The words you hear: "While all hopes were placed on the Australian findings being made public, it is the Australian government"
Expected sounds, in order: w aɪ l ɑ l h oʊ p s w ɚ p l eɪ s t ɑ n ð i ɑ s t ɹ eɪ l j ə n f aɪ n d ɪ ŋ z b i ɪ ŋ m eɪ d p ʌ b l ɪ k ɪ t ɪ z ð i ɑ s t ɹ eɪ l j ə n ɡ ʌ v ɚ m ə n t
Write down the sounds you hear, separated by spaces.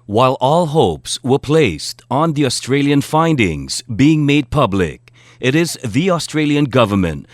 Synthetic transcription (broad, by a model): w aɪ l ɑ l h oʊ p s w ɚ p l eɪ s t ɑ n ð i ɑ s t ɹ eɪ l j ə n f aɪ n d ɪ ŋ z b i ɪ ŋ m eɪ d p ʌ b l ɪ k ɪ t ɪ z ð i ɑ s t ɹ eɪ l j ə n ɡ ʌ v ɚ m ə n t